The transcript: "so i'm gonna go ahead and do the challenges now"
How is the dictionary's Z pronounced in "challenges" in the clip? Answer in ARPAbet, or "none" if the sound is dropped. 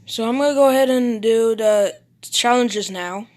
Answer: Z